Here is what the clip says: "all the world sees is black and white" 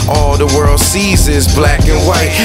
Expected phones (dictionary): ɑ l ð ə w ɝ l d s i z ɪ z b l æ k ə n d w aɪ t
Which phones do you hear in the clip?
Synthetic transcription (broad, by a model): ɑ l ð ə w ɝ l d s i z ɪ z b l æ k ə n w aɪ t